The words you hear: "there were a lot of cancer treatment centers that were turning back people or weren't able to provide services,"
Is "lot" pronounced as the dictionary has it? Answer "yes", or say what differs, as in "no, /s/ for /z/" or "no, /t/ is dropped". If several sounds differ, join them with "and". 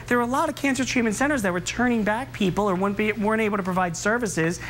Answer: yes